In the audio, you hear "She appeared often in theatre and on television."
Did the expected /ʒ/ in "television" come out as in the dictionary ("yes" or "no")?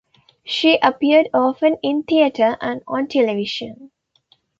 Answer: no